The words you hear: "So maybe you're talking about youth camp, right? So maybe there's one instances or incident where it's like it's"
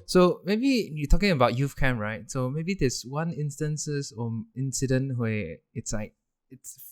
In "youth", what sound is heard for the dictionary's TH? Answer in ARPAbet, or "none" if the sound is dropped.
F